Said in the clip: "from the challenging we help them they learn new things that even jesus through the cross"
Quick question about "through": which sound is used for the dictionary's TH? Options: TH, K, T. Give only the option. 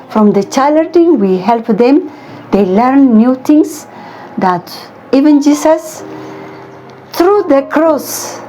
T